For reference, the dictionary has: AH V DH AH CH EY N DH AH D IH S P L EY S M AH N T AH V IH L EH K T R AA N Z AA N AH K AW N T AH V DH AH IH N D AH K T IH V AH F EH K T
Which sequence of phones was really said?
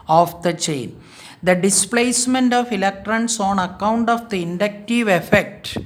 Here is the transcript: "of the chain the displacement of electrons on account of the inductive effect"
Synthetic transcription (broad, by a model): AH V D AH CH EY N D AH D IH S P L EY S M AH N T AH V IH L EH K T R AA N S AA N AH K AW N T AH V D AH IH N D AH K T IH V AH F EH K T